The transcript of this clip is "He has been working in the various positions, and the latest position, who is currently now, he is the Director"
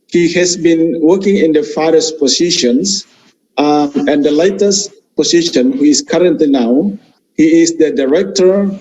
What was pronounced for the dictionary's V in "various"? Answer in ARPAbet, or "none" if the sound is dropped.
F